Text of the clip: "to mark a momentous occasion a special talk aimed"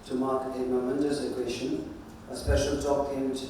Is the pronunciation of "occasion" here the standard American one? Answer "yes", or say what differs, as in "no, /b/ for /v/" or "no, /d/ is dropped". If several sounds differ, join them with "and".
no, /ʃ/ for /ʒ/